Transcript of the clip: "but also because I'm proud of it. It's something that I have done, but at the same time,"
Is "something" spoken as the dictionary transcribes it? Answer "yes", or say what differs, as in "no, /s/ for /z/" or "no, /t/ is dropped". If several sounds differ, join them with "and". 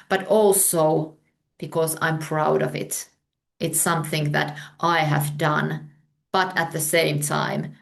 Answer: yes